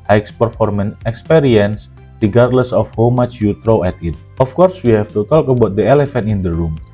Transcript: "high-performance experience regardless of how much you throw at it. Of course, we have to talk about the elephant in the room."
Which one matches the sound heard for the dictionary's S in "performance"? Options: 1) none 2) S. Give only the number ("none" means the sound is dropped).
1